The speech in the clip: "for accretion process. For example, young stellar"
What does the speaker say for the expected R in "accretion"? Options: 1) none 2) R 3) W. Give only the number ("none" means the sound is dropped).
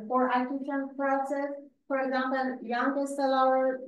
1